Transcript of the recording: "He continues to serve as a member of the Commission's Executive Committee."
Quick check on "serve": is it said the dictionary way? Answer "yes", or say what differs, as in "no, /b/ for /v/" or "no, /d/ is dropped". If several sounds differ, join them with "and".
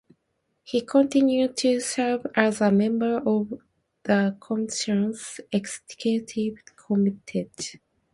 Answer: yes